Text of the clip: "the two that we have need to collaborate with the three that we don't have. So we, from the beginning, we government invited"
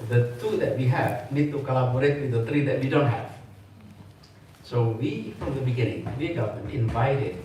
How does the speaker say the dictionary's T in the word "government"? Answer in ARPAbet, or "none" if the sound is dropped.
none